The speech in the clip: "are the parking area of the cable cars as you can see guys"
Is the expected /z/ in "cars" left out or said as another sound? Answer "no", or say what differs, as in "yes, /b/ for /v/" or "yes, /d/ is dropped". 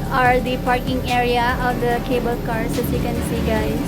yes, /s/ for /z/